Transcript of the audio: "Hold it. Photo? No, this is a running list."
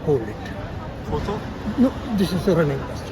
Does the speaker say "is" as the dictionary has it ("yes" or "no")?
no